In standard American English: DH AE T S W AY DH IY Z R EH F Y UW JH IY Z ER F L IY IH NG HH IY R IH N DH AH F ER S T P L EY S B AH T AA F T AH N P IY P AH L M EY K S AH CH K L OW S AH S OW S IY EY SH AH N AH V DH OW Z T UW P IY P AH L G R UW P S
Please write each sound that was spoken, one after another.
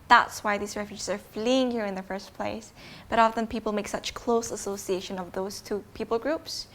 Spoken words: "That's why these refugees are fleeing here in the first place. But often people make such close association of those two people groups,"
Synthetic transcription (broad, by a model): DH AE T S W AY DH IY Z R EH F Y UW JH IY Z ER F L IY IH NG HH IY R IH N DH AH F ER S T P L EY S B AH T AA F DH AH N P IY P L M EY K S AH CH K L OW S AH S OW S IY EY SH AH N AH V DH OW Z T UW P IY P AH L G R UW P S